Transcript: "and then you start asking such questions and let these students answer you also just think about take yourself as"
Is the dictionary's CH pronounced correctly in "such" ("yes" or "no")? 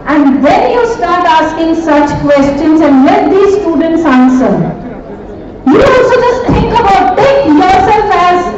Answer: yes